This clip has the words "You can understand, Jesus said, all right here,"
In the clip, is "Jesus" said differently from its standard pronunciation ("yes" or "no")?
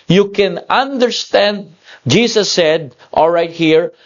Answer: yes